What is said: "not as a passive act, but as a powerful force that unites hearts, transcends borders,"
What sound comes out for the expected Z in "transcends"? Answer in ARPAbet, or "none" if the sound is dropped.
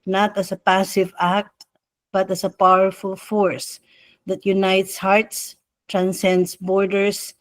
S